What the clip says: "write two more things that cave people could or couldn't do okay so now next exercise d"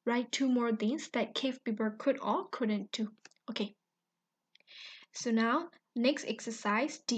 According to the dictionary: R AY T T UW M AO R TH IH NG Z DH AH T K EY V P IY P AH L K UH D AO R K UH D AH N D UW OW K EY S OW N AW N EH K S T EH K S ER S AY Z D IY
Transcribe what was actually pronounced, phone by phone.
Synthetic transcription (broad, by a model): R AY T T UW M AO R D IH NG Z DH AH T K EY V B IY B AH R K UH D AO L K UH D AH N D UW OW K EY S OW N AW N EH K S T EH K S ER S AY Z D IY